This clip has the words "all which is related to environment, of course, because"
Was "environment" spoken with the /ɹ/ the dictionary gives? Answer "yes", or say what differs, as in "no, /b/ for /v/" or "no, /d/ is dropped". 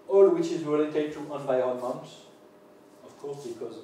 no, /ɹ/ is dropped